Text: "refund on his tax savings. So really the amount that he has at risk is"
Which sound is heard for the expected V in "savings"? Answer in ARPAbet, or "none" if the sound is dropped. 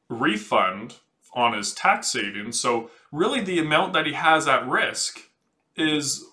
none